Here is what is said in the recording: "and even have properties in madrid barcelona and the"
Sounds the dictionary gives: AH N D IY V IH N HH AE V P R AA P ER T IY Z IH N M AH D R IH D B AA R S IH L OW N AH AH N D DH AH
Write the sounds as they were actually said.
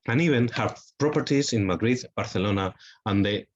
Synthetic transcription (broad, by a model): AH N IY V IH N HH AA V P R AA P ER T IY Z IH N M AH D R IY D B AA R TH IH L OW N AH AH N D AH